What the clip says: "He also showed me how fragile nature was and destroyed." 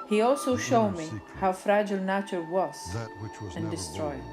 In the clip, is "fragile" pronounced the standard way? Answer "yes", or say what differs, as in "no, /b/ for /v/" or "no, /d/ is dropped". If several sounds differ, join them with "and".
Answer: yes